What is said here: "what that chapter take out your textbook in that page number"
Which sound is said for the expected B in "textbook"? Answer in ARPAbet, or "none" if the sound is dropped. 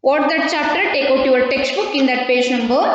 B